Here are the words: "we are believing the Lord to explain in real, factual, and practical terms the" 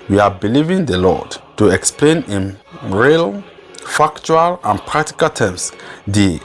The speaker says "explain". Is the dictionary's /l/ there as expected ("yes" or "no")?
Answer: yes